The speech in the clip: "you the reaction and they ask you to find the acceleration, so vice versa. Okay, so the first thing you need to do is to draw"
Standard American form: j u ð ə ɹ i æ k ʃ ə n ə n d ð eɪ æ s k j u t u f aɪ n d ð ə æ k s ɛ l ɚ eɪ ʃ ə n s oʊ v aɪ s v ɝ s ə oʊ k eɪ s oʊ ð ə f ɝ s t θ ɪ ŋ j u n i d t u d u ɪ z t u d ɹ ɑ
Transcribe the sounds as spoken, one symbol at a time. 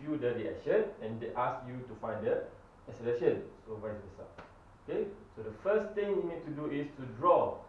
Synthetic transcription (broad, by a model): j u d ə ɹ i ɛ ʃ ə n ə n d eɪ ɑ s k j u t u f aɪ n d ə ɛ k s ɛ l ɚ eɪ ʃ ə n s oʊ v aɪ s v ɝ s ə oʊ k eɪ s oʊ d ə f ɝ s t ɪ ŋ j u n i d t u d u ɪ s t u d ɹ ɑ